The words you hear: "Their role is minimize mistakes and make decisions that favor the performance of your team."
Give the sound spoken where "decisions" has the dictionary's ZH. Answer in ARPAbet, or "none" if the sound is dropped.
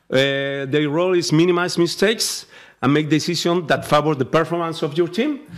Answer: S